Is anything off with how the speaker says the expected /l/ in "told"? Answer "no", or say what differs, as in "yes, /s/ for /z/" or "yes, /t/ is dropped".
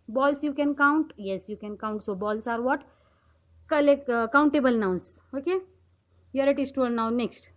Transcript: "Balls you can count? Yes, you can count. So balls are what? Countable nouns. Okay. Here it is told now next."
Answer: yes, /l/ is dropped